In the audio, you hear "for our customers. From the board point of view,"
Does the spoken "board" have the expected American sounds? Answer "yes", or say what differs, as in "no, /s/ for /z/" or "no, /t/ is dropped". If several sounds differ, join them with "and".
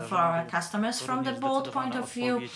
no, /l/ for /ɹ/